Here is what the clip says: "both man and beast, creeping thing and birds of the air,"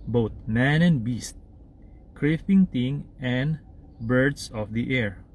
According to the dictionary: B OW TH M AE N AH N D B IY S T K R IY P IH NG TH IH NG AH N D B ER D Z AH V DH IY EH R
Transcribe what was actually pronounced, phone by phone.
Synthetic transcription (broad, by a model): B OW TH M AE N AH N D B IY S T K R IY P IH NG T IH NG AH N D B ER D S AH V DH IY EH R